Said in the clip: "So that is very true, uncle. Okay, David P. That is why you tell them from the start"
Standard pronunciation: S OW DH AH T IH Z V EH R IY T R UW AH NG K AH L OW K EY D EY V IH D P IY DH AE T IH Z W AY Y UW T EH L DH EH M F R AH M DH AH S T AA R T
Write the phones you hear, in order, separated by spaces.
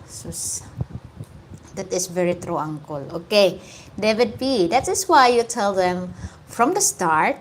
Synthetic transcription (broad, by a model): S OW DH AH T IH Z V EH R IY T R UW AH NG K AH L OW K EY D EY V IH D B IY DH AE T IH S W AY Y UW T EH L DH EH M F R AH M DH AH S T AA R T